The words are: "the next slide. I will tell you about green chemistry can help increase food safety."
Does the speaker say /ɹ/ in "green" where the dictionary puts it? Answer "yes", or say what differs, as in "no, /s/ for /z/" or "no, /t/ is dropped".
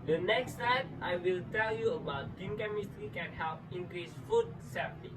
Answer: no, /ɹ/ is dropped